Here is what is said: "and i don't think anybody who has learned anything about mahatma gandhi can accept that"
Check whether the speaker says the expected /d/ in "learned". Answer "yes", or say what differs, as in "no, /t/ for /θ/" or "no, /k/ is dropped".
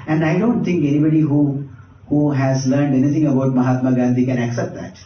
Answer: yes